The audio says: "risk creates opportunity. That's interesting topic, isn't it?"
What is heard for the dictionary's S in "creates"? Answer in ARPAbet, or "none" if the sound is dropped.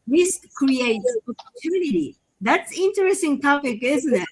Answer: none